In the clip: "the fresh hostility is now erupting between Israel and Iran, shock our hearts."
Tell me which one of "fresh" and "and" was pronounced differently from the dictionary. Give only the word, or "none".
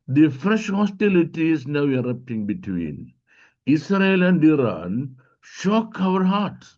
none